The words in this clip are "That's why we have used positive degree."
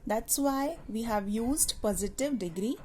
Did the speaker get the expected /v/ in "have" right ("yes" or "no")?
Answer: yes